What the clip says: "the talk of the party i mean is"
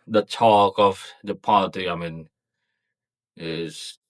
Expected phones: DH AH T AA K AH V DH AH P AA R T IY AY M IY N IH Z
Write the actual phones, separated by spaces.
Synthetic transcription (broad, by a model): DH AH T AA K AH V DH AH P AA L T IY AY M IY N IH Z